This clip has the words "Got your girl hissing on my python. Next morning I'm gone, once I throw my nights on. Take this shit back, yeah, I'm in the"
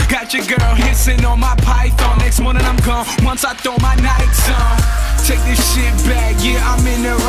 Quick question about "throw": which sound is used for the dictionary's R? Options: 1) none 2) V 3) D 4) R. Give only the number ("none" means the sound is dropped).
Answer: 1